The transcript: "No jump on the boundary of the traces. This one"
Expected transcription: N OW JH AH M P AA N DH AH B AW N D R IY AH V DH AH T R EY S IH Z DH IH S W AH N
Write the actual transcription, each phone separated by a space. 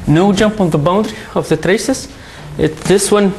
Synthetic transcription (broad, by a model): N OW JH AH M P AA N DH AH B AW N D R IY AH V DH AH T R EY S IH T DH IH S W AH N